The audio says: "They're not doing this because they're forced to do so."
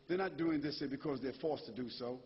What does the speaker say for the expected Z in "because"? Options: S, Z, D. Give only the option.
Z